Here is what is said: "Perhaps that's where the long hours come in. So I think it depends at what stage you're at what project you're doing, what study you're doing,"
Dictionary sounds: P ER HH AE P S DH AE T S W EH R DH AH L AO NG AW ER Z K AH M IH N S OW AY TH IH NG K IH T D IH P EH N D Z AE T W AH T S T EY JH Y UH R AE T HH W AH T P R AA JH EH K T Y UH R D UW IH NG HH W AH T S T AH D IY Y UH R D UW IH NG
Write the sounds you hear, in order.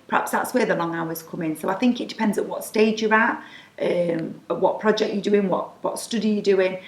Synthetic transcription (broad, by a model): P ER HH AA P S DH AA T S W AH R DH AH L AO NG AW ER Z K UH M IH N S OW AY TH IH NG K IH T D IH P EH N D Z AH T W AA T S T EY JH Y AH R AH T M W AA T P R AA JH EH K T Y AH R D UW IH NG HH W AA T S T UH D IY Y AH D UW IH NG